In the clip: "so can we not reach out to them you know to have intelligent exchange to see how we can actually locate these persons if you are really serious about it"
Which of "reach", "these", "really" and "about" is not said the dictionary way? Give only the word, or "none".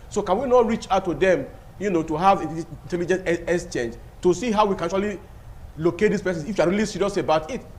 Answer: these